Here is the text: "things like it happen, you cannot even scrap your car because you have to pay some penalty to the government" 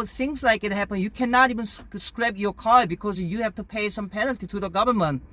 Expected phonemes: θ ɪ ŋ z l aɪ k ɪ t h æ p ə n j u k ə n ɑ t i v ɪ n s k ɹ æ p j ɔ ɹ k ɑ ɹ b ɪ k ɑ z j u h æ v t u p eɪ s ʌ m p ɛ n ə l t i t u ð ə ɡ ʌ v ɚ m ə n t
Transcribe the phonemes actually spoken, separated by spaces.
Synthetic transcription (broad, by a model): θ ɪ ŋ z l aɪ k ɪ t h æ p ə n j u k ə n ɑ t i v ɪ n s k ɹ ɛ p j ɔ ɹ k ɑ l b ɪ k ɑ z j u h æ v t u p eɪ s ʌ m p ɛ n ə l t i t u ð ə ɡ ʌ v ɚ m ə n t